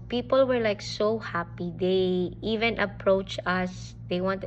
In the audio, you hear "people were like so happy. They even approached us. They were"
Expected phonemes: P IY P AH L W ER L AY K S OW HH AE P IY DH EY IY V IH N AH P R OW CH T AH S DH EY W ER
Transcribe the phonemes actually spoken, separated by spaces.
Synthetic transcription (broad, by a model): P IY P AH L W ER L AY K S OW HH AE P IY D EY IY V IH N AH P R OW CH AH S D EY W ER